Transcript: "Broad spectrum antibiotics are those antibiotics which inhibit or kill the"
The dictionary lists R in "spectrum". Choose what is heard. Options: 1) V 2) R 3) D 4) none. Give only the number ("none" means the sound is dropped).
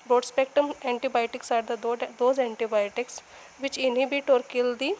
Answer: 4